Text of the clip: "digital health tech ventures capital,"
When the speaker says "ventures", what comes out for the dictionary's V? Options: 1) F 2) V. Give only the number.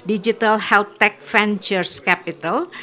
1